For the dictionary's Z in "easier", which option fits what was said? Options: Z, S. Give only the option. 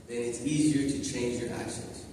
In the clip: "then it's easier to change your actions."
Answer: Z